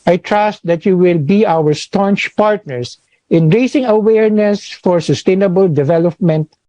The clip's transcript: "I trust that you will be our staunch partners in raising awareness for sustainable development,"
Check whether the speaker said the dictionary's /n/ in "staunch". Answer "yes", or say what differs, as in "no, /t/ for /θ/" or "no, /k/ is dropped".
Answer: yes